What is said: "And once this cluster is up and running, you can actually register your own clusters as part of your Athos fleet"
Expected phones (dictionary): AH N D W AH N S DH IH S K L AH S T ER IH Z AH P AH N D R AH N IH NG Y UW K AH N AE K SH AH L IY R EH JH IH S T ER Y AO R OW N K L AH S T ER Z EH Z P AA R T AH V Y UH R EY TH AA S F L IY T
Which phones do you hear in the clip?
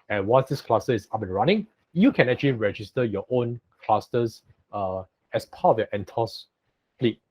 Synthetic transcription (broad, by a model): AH N W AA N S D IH S K L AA S T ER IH S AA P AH N R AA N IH NG Y UW K AH N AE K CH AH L IY R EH JH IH S T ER Y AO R OW N K L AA S T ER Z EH S P AA T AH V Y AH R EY T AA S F L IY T